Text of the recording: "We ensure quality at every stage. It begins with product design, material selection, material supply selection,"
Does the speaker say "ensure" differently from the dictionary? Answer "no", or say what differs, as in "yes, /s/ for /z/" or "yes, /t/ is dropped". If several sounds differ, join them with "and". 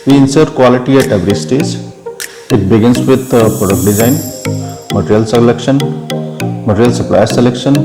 yes, /s/ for /ʃ/